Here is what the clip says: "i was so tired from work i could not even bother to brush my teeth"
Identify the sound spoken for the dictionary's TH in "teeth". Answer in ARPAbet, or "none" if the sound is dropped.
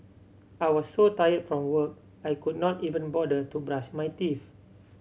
F